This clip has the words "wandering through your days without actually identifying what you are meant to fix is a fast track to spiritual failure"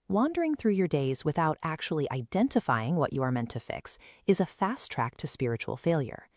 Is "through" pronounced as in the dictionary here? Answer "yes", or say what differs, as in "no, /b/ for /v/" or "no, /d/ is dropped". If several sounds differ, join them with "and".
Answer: yes